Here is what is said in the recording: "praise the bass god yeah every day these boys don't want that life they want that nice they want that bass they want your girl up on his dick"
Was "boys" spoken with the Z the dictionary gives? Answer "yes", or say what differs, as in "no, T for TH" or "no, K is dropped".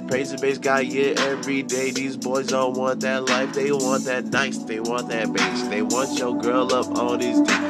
yes